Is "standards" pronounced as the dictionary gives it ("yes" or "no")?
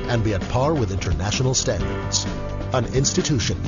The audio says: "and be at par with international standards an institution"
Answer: yes